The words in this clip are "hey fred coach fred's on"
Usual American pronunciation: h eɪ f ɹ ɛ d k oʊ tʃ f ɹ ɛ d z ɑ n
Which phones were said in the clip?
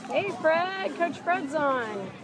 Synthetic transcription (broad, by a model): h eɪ f ɹ ɛ d k oʊ tʃ f ɹ ɛ d z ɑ n